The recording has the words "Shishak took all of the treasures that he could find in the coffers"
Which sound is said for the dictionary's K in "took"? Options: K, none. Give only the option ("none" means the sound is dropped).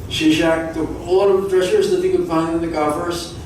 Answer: none